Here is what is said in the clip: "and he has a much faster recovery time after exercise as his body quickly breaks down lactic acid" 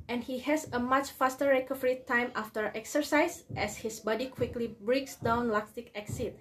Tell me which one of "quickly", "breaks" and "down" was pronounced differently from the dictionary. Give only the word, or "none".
none